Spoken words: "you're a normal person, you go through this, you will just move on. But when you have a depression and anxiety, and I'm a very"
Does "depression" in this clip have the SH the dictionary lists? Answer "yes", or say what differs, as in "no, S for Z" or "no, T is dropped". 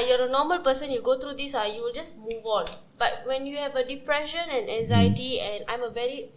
yes